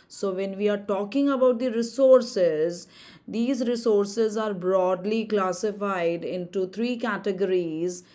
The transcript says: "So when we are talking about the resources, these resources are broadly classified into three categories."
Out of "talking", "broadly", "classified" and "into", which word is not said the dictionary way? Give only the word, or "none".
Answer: none